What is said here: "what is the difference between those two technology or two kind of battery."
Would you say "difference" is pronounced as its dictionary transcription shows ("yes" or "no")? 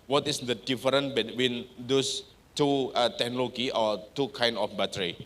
no